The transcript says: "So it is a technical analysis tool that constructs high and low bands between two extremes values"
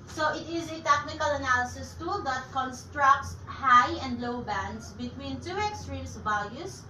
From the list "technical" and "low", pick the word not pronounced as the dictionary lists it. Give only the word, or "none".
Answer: none